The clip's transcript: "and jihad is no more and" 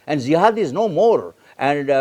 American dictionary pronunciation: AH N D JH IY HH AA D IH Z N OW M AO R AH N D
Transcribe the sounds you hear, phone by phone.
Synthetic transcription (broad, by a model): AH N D Z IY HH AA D IH Z N OW M AO R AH N D